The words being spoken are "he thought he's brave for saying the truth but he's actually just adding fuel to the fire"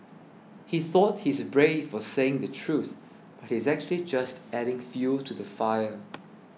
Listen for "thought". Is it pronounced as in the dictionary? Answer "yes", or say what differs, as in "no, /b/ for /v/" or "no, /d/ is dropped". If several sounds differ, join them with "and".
yes